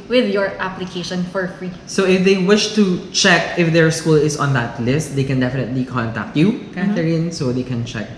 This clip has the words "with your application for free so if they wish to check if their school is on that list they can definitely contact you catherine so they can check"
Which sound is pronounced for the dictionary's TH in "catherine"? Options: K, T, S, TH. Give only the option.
T